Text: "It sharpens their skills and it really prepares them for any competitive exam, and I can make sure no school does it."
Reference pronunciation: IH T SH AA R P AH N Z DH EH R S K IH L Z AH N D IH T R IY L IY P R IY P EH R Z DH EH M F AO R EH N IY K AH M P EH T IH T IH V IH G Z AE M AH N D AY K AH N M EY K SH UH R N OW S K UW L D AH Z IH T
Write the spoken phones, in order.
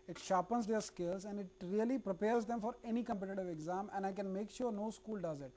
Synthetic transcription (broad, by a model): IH T SH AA P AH N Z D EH R S K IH L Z AH N D IH T R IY L IY P R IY P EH R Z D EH M F AO R EH N IY K AH M P EH T IH T IH V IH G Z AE M AH N D AY K AH N M EY K SH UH R N OW S K UW L D AH Z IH T